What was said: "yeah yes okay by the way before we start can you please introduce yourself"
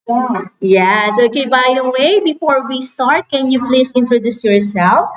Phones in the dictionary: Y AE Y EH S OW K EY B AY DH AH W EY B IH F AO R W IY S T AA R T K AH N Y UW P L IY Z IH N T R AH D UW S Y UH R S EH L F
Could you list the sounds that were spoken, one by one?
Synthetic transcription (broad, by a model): Y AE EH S OW K EY B AY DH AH W EY B IH F AO R W IY S T AA R T K AH N Y UW P L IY S IH N T R AH D UW S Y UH R S EH L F